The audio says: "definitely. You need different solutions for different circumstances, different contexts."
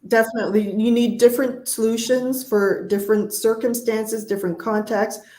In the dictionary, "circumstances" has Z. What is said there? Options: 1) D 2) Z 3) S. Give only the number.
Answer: 2